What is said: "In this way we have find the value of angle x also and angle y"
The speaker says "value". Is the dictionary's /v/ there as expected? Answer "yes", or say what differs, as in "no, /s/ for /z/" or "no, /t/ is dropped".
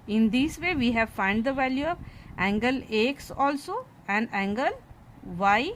yes